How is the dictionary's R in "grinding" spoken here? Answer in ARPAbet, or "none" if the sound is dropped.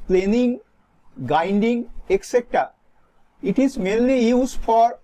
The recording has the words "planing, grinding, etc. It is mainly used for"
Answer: none